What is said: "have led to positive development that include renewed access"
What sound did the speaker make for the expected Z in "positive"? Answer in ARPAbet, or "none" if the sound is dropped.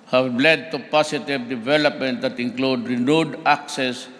S